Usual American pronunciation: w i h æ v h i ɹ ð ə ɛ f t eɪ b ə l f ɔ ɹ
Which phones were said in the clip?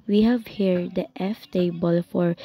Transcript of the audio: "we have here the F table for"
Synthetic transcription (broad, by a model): w i h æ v h i ɹ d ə ɛ f t eɪ b ə l f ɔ ɹ